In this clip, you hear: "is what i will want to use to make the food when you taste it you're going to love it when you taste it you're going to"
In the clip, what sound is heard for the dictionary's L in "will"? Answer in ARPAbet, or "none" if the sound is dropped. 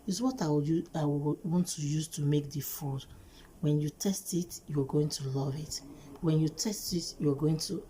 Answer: W